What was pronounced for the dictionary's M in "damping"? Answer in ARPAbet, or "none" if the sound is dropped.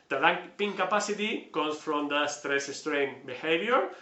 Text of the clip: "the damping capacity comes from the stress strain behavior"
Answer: none